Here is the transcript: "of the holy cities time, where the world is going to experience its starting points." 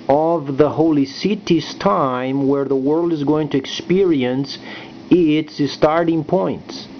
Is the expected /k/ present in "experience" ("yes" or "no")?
yes